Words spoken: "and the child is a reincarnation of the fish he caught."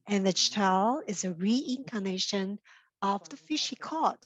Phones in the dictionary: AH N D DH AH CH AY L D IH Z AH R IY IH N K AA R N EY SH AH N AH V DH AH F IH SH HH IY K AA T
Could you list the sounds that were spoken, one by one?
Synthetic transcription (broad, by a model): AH N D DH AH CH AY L IH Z AH R IY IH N K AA N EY SH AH N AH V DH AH F IH SH HH IY K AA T